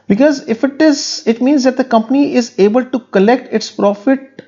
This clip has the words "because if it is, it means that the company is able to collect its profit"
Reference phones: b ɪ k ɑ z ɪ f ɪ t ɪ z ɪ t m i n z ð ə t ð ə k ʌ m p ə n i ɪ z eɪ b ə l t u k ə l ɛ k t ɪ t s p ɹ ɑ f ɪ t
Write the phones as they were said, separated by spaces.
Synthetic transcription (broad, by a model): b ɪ k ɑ z ɪ f ɪ t ɪ z ɪ t m i n z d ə t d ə k ʌ m p ə n i ɪ z eɪ b ə l t u k ə l ɛ k t ɪ t s p ɹ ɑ f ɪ t